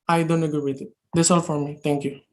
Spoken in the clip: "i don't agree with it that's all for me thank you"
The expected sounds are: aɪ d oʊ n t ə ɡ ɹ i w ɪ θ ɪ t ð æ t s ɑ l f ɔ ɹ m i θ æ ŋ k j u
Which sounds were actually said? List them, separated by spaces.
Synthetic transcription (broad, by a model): aɪ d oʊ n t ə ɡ ɔ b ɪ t ɪ t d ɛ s ɑ l f ɔ ɹ m i t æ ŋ k j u